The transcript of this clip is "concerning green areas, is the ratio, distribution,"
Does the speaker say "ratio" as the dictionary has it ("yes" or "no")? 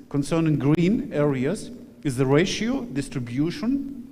yes